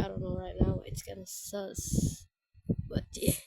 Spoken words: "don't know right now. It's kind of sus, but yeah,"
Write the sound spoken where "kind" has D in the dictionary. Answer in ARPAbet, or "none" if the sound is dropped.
none